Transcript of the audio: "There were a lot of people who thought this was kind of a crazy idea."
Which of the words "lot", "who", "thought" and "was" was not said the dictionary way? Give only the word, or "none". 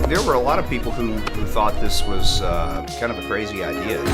none